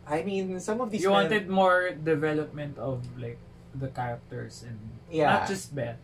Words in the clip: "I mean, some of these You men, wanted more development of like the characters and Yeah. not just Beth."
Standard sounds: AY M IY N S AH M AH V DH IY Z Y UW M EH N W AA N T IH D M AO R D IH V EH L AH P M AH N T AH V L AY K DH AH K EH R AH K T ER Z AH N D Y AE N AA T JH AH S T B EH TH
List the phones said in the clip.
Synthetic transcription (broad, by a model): AY M IY N S AH M AH V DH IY Y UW W AA N T IH D M AO R D IH V EH L AH P M AH N T AH V L AY K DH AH K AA R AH K T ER S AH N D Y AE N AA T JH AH S T B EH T